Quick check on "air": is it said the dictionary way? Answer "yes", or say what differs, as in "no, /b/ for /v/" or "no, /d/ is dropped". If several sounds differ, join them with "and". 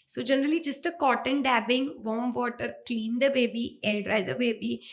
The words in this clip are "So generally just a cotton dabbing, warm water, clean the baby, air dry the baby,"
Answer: no, /l/ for /ɹ/